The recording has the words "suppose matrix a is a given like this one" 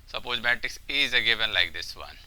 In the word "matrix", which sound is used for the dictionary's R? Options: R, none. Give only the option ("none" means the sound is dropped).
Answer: none